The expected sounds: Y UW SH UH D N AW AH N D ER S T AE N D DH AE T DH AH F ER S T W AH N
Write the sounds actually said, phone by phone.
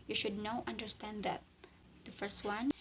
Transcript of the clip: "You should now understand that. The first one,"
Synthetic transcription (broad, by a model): Y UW SH UH D N AW AH N D ER S T AE N D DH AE T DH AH F ER S T W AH N